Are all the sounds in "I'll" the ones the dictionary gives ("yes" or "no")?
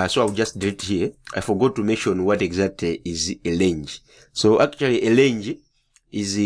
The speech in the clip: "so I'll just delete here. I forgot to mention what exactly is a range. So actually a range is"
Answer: no